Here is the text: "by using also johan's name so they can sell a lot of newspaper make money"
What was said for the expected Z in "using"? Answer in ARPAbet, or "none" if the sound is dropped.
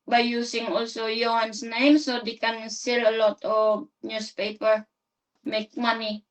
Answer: S